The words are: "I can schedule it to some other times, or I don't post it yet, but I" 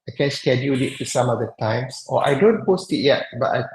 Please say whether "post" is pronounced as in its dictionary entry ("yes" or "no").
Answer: yes